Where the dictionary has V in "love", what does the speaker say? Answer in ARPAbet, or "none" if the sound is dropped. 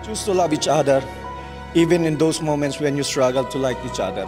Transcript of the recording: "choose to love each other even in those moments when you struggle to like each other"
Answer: B